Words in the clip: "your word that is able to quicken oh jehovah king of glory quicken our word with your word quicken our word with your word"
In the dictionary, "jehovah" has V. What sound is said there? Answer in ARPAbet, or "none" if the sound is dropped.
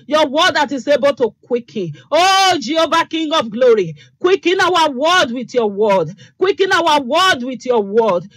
B